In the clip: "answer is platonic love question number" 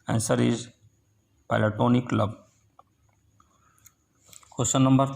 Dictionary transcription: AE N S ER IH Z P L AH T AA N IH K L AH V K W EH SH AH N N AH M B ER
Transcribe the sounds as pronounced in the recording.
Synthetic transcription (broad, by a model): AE N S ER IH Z P L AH T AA N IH K L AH B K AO S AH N N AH M B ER